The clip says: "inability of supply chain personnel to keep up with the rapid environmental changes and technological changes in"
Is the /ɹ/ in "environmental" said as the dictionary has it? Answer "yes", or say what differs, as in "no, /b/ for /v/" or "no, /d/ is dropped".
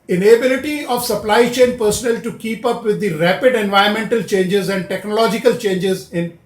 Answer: no, /ɹ/ is dropped